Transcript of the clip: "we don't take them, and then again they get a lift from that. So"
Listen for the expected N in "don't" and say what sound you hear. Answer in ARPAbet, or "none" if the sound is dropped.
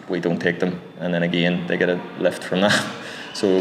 N